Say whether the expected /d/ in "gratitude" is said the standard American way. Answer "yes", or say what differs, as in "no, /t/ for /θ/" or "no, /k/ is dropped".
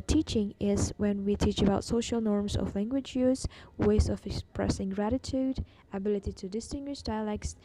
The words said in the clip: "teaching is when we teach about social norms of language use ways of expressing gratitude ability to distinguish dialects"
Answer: yes